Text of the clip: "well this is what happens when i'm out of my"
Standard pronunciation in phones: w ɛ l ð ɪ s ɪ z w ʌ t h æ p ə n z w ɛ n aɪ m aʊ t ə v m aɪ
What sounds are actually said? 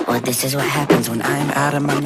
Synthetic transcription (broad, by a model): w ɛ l ð ɪ s ɪ z w ʌ t h æ p ə n z w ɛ n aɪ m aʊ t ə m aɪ